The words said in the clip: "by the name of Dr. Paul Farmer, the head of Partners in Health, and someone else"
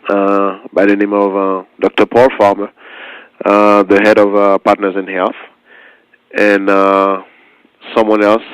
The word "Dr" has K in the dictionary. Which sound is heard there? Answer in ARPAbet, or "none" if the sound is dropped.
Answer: K